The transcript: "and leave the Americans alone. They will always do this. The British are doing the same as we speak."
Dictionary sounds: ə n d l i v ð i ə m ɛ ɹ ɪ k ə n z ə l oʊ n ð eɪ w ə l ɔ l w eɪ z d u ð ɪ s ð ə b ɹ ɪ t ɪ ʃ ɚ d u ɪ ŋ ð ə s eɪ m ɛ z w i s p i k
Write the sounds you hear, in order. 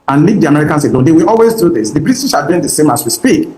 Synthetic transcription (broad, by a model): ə n l i v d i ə m ɛ ɹ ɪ k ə n s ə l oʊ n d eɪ w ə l ɔ l w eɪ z d u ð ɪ s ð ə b ɹ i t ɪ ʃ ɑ d u ɪ ŋ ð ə s eɪ m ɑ s w i s p i k